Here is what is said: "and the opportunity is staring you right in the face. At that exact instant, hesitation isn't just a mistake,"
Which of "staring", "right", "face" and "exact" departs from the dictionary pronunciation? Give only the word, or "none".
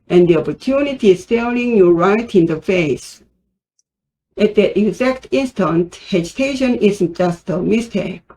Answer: staring